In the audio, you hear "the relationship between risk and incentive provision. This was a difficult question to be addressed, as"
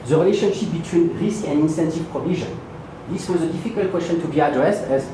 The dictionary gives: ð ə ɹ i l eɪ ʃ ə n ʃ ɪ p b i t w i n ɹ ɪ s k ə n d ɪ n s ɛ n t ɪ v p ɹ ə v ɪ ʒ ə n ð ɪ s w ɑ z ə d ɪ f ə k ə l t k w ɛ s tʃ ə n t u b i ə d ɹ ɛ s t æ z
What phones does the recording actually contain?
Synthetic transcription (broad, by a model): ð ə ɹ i l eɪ ʃ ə n ʃ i p b i t w i n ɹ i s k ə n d ɪ n s ɛ n t ɪ v p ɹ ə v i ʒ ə n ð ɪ s w ɑ z ə d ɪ f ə k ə l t k w ɛ s tʃ ə n t u b i ə d ɹ ɛ s t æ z